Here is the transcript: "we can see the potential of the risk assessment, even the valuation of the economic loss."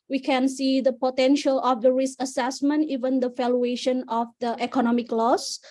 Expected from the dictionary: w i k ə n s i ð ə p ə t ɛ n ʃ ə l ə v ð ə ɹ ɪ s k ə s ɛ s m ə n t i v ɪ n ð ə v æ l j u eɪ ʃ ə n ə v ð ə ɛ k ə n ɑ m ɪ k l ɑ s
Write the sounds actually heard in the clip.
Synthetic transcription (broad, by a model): w i k ə n s i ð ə p ə t ɛ n ʃ ə l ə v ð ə ɹ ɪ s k ə s ɛ s m ə n t i v ɪ n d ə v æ l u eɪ ʃ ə n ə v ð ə ɛ k ə n ɑ m ɪ k l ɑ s